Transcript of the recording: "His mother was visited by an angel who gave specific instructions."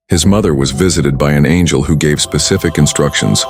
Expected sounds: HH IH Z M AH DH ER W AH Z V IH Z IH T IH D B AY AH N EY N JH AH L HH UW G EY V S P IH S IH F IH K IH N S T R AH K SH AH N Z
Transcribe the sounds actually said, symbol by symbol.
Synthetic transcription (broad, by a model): HH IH Z M AH DH ER W AH Z V IH Z IH T IH D B AY AH N EY N JH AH L HH UW G EY V S P IH S IH F IH K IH N S T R AH K SH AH N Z